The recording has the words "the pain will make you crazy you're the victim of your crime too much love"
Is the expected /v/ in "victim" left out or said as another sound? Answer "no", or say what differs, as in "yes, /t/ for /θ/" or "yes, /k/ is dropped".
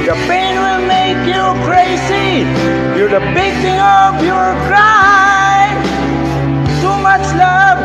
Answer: yes, /b/ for /v/